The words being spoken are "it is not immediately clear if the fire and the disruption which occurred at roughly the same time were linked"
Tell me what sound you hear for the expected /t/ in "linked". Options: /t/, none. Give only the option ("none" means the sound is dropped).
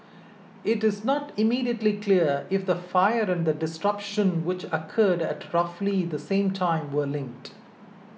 /t/